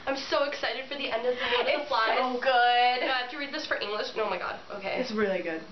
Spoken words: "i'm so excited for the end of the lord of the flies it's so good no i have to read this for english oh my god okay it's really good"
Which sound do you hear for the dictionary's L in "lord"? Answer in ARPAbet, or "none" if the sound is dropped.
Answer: W